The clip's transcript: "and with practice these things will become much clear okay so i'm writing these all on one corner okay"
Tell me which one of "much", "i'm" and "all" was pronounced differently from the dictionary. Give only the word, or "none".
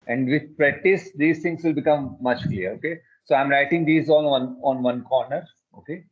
all